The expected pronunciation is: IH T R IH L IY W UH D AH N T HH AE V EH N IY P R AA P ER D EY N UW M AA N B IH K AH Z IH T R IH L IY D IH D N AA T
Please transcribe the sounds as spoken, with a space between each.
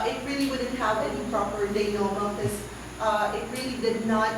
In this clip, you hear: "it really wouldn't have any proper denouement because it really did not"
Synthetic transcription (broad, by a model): IH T R IH L IY W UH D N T HH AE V EH N IY P R AA P ER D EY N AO UH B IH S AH IH T R IH L IY D IH D N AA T